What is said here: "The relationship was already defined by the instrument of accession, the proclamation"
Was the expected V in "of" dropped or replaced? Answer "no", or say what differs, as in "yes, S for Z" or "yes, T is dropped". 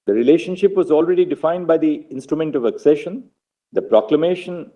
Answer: no